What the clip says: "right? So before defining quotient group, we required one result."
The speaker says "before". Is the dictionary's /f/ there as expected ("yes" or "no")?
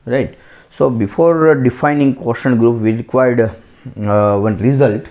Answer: yes